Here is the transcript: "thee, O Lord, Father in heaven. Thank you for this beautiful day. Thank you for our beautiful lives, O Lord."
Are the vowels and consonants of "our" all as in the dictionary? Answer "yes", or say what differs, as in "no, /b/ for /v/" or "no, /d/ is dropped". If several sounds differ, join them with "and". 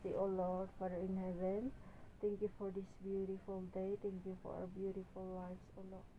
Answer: no, /w/ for /ɹ/